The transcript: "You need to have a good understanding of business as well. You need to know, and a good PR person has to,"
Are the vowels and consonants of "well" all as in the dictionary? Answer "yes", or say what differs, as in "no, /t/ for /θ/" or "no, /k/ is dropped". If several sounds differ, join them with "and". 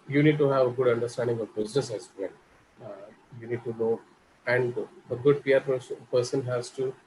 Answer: no, /n/ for /l/